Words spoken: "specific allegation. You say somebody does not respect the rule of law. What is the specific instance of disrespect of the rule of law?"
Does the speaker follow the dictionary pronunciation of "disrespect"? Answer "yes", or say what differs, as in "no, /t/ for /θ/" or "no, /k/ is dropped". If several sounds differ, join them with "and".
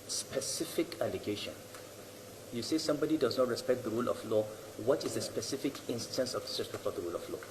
no, /ɹ/ is dropped and /p/ is dropped